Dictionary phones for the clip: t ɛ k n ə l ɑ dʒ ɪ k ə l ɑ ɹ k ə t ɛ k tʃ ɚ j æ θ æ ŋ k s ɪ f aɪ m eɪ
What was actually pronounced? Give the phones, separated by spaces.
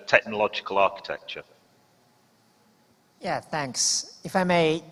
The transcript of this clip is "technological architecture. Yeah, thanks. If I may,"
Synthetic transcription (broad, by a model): t ɛ k n ə l ɑ dʒ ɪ k ə l ɑ k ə t ɛ k tʃ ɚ j æ θ æ ŋ k s ɪ f aɪ m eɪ